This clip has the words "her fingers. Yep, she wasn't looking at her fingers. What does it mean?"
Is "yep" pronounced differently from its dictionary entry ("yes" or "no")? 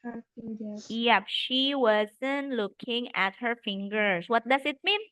no